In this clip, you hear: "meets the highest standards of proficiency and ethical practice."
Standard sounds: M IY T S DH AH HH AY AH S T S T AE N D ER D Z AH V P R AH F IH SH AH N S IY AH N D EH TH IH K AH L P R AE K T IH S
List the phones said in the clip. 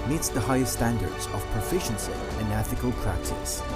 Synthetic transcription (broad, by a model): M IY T S DH AH HH AY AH S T S T AE N D ER D Z AH V P R AH F IH SH AH N S IY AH N EH TH IH K AH L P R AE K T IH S